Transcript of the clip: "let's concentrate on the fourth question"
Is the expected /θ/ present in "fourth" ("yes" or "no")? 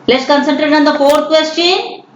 no